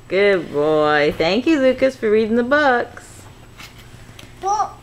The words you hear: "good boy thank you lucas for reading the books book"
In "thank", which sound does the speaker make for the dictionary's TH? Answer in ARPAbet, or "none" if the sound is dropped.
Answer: TH